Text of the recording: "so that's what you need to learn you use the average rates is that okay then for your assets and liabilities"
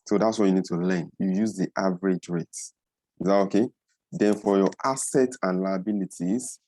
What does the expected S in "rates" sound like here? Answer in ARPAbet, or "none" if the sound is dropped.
none